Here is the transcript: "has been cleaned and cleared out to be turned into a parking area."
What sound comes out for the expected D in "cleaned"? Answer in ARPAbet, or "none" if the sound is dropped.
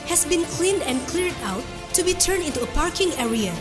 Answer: D